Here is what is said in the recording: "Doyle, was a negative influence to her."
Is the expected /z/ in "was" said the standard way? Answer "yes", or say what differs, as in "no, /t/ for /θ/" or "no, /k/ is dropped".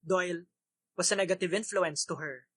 no, /s/ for /z/